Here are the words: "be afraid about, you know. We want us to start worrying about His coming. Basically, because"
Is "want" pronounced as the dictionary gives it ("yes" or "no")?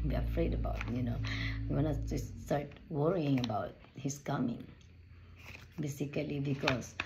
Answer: no